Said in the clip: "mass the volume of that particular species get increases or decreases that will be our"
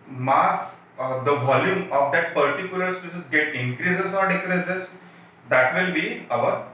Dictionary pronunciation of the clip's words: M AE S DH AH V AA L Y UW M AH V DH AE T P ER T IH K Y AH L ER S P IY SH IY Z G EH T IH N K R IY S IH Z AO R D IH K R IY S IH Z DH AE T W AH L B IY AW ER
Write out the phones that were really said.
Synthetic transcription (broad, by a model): M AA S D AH V AA L Y UW M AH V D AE T P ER T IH K Y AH L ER S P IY S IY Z G EH T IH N K R IY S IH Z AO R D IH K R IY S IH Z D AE T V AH L B IY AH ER